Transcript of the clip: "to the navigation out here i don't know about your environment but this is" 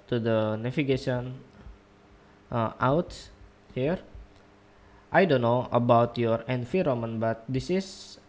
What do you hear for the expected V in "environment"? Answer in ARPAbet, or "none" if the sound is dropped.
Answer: F